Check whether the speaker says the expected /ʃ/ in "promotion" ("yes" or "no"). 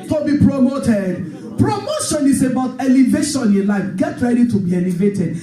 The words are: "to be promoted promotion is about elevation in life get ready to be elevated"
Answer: yes